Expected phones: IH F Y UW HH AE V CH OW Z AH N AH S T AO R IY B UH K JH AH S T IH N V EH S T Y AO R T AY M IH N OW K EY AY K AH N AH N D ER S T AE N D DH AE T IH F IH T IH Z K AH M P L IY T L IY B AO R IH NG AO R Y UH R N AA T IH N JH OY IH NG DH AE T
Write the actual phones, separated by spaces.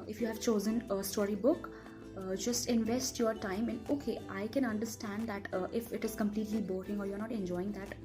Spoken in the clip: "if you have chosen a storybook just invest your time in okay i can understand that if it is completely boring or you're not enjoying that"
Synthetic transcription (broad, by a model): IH F Y UW HH AE V CH OW Z AH N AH S T AO R IY B UH K JH AH S T IH N V EH S T Y AO R T AY M IH N OW K EY AY K AH N AH N D ER S T AE N D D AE T IH F IH T IH Z K AH M P L IY T L IY B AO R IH NG AO R Y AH R N AA T IH N JH OY IH NG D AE T